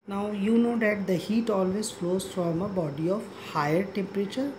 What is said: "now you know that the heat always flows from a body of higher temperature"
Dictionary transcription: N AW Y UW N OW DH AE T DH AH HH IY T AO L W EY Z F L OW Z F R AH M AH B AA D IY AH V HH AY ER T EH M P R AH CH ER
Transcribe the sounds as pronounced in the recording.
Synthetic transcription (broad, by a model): N AW Y UW N OW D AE T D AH HH IY T AO L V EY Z F L OW Z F R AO M AH B AA D IY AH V HH AY ER T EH M P R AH CH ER